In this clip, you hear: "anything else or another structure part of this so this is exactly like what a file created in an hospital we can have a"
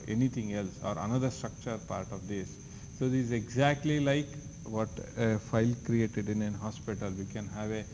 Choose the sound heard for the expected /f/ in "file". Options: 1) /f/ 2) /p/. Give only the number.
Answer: 1